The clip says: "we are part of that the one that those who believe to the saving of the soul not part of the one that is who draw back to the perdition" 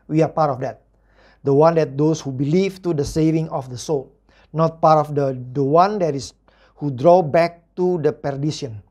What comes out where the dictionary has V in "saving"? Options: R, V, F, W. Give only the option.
V